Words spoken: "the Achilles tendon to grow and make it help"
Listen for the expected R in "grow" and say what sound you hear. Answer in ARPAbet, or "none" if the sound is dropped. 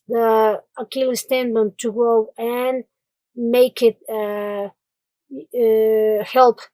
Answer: none